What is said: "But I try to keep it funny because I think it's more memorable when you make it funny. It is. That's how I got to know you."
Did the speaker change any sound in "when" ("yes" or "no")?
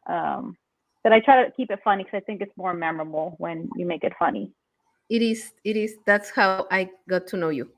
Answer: no